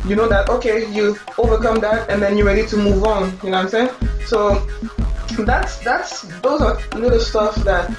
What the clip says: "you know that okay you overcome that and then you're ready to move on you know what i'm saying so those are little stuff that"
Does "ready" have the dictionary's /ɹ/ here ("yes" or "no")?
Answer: yes